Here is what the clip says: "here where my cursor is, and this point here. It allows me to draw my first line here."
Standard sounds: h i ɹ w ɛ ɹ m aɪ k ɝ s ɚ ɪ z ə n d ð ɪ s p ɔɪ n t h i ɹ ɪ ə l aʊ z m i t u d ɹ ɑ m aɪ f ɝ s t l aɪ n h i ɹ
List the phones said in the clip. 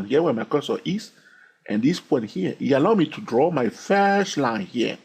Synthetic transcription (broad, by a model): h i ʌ w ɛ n m aɪ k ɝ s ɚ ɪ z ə n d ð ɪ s p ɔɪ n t h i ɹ ɪ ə l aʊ m i t u d ɹ ɑ m aɪ f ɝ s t l aɪ n h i